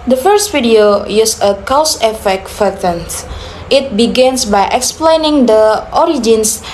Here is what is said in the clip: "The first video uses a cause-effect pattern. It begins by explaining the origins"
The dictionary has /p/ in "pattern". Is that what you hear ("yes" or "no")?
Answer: no